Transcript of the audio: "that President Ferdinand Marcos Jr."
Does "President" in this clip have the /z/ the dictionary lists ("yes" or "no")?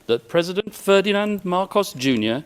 yes